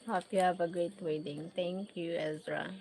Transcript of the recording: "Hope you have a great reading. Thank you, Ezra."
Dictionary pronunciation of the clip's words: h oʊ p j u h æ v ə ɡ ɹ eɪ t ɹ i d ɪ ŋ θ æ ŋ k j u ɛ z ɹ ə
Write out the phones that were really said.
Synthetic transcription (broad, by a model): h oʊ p j u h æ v ə ɡ ɹ eɪ t w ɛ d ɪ ŋ t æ ŋ k j u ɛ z ɹ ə